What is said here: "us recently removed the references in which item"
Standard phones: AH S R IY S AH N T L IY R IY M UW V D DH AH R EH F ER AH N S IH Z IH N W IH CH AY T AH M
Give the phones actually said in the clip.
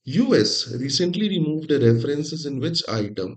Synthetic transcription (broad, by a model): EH S R IY S AH N T L IY R IY M UW V D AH R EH F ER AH N S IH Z IH N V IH CH AY T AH M